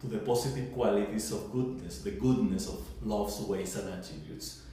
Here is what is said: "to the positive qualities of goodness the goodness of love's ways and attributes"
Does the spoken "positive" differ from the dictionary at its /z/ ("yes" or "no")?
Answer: yes